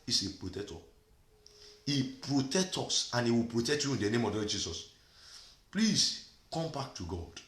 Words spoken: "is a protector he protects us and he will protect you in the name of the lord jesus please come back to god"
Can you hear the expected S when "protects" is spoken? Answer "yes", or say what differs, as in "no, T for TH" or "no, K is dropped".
no, S is dropped